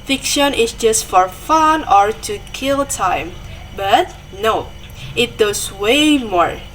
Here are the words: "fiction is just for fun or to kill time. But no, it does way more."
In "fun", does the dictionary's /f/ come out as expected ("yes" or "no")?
yes